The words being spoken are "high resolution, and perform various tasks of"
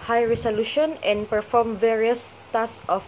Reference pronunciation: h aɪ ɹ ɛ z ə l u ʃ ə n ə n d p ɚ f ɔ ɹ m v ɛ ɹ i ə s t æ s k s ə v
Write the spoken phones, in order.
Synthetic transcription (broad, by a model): h aɪ ɹ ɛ s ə l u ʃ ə n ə n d p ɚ f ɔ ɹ m v ɛ ɹ i ə s t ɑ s s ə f